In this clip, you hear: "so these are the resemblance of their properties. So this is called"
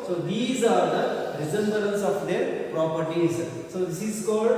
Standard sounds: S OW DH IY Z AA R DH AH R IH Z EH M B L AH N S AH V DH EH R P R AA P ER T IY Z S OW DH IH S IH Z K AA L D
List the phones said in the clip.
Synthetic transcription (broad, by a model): S OW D IY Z AA R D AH R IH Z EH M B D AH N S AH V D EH R P R AA P ER T IY Z S OW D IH S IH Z K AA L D